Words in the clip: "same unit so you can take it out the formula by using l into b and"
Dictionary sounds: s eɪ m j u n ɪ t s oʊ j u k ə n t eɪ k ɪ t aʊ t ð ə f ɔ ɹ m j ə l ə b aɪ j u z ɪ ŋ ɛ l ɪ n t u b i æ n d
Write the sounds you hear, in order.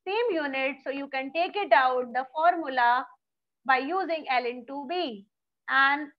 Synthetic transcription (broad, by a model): s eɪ m j u n ɪ t s oʊ j u k ə n t eɪ k ɪ t aʊ t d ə f ɔ ɹ m j ə l ə b aɪ j u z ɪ ŋ ɛ l ɪ n t u b i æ n d